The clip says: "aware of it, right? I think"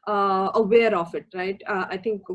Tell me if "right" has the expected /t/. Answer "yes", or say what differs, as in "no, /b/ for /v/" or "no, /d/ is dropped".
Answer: yes